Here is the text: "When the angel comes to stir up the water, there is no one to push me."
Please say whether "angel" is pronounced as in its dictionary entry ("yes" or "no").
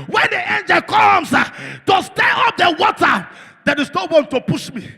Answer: yes